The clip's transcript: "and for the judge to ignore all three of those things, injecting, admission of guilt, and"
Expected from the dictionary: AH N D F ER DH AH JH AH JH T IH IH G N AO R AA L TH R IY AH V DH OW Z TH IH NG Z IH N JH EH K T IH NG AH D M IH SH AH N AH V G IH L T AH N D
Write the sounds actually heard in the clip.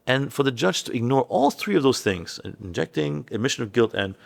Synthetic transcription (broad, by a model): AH N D F ER DH AH JH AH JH T IH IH G N AO R AA L TH R IY AH V DH OW Z TH IH NG Z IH N JH EH K T IH NG AH D M IH SH AH N AH V G IH L T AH N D